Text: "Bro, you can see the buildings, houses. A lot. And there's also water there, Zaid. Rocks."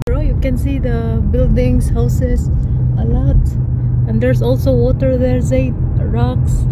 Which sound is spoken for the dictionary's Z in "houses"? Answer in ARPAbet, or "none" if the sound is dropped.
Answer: S